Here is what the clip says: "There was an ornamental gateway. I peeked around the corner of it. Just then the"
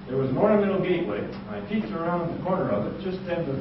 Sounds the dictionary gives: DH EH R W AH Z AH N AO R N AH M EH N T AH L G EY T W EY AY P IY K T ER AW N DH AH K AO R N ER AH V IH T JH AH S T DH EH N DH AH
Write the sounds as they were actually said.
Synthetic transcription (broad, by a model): DH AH R W AH Z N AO R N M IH T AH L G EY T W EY AY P IY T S ER AW N DH AH K AO R N ER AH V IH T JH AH S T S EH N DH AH